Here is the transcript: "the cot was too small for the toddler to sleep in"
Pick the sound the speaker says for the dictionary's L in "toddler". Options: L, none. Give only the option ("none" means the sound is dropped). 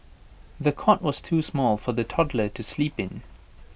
L